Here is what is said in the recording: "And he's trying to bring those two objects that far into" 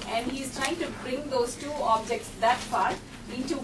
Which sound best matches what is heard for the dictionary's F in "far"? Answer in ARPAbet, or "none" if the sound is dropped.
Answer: P